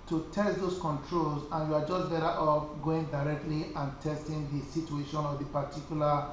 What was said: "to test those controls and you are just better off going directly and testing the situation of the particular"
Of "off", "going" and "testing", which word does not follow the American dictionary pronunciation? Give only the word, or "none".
off